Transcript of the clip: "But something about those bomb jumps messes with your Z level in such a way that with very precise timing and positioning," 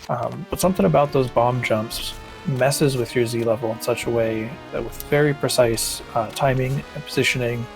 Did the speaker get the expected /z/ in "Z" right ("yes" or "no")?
yes